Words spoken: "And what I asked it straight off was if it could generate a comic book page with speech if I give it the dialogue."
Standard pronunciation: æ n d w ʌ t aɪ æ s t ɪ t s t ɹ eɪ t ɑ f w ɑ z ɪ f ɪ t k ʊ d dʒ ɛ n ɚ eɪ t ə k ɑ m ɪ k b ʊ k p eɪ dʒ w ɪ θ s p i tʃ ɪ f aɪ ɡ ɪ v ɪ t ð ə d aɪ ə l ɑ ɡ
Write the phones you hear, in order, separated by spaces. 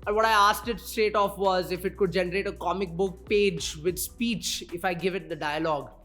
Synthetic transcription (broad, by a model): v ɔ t aɪ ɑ s t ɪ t s t eɪ t ɑ f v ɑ z ɪ f ɪ t k ʊ d dʒ ɛ n ɚ eɪ t ə k ɑ m ɪ k b ʊ k p eɪ dʒ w ɪ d s p i tʃ ɪ f aɪ ɡ ɪ v ɪ t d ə d aɪ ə l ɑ ɡ